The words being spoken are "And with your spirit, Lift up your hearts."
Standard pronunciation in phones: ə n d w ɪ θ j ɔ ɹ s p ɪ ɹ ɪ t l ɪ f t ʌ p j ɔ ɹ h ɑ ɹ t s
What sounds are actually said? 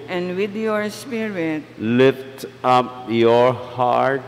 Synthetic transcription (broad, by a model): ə n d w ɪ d j ɔ ɹ s p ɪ ɹ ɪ t l ɪ f t ʌ p j ɔ ɹ h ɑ ɹ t